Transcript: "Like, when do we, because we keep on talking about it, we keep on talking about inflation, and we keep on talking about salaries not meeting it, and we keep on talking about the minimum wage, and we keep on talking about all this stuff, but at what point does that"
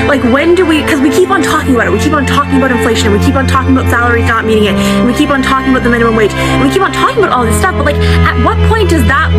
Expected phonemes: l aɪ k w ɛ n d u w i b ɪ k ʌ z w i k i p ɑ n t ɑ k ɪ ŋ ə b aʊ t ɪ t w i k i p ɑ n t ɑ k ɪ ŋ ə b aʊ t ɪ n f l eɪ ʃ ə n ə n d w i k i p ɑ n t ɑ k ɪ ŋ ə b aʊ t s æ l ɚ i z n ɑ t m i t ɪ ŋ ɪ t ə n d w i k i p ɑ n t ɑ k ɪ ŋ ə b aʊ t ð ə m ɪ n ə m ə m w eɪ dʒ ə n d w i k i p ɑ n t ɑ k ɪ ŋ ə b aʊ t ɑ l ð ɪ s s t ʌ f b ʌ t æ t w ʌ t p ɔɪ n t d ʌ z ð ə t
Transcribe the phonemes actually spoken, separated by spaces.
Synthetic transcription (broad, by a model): l aɪ k w ɛ n d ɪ w i k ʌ z w i k i p n t ɑ k ɪ ŋ ə b aʊ t ɪ t w i k i p n t ɑ k ɪ ŋ ə b aʊ t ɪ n f l eɪ ʃ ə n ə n w i k i p n t ɑ k ɪ ŋ ə b aʊ t s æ l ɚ i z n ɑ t m i t ɪ ŋ ɪ t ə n w i k i p n t ɑ k ɪ ŋ ə b aʊ t ð ə m ɪ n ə m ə m w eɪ ə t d w i k i p n t ɑ k ɪ ŋ ə b aʊ t ɑ l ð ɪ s s t ʌ f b ʌ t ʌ t w ʌ t p ɔɪ n d ʌ z ð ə t